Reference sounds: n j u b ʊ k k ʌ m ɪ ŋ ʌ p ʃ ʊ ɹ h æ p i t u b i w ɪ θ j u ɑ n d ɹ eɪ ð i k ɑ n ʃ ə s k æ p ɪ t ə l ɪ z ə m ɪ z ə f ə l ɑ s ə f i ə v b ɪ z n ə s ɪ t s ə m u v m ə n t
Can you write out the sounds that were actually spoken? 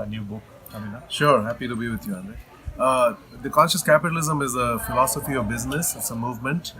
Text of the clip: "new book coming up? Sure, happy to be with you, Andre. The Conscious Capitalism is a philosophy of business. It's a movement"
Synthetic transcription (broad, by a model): n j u b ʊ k k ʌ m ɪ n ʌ ʃ ʊ ɹ h æ p i t u b i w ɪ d j u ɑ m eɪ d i k ɑ n ʃ ə s k æ p ɪ t ə l ɪ z ə m ɪ z ə f ə l ɑ s ə f i ə v b ɪ z n ə s ɪ t s ə m u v m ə n t